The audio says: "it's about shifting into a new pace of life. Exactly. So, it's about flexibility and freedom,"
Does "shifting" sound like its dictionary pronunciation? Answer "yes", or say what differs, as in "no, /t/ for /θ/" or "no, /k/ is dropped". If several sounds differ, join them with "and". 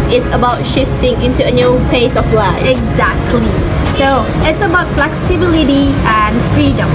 yes